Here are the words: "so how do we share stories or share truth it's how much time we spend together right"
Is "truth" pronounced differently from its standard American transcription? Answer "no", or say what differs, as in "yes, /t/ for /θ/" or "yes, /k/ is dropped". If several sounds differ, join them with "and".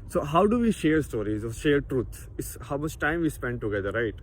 yes, /s/ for /θ/